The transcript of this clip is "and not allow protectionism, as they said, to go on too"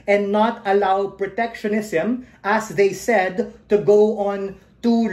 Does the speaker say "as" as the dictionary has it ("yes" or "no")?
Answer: no